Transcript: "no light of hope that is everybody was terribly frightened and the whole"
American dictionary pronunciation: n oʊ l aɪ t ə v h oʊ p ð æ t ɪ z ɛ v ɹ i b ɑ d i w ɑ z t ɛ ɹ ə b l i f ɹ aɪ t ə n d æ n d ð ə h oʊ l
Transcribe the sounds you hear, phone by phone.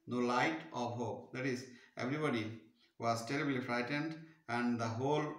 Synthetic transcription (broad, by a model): n oʊ l aɪ t ə v h oʊ p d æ t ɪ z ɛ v ɹ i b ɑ d i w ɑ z t ɛ ɹ ə b l i f ɹ aɪ t ə n d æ n d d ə h oʊ l